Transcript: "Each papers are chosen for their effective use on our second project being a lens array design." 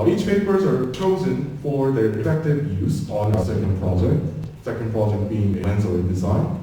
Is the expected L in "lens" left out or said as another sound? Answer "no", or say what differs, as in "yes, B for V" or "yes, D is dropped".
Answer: yes, N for L